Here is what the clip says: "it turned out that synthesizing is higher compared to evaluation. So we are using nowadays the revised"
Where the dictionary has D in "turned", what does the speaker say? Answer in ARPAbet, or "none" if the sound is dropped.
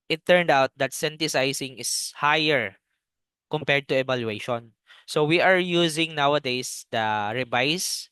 D